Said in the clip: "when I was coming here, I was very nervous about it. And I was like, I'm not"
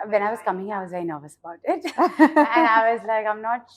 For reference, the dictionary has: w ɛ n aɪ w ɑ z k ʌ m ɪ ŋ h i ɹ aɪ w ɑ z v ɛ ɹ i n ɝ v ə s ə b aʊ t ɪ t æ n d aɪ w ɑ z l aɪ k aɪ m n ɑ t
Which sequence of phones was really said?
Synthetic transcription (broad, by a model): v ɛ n aɪ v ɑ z k ʌ m ɪ ŋ aɪ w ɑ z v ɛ i n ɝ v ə s ə b aʊ t ɪ t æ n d aɪ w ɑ z l aɪ k aɪ m n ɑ t